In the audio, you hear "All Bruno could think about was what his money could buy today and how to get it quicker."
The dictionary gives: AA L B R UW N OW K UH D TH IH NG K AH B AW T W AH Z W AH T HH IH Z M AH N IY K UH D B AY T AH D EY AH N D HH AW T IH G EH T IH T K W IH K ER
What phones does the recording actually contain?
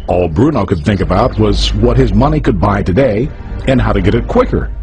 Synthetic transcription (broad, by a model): AA L B R UW N OW K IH D TH IH NG K AH B AW T W AH Z W AH T HH IH Z M AH N IY K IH D B AY T AH D EY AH N HH AW T IH G EH T IH T K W IH K ER